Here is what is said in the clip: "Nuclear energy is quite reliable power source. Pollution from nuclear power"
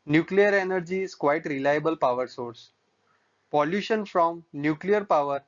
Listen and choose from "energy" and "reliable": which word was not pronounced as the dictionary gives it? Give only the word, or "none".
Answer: none